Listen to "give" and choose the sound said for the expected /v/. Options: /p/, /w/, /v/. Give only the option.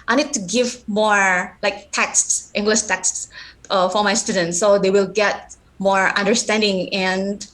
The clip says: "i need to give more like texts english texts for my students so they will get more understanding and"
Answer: /v/